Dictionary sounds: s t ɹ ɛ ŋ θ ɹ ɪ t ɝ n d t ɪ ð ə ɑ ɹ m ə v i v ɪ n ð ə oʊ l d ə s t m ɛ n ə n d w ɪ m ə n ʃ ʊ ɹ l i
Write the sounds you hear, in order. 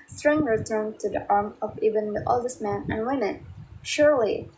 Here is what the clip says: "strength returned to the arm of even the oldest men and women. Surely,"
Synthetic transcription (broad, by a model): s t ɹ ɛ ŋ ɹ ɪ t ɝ n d t ɪ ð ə ɑ ɹ m ə v i v ɪ n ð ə oʊ l d ə s t m ɛ n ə n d w ɪ m ə n ʃ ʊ ɹ l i